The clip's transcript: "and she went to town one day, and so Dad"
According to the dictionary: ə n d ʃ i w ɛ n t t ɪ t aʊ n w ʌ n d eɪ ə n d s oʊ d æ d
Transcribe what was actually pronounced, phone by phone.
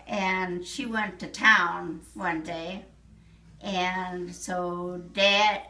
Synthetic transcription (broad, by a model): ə n ʃ i w ɛ n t t ɪ t aʊ n w ʌ n d eɪ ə n s oʊ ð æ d